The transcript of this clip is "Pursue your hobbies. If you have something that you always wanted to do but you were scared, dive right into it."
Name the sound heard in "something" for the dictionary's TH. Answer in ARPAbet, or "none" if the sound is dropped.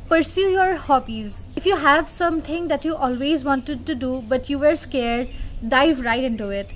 T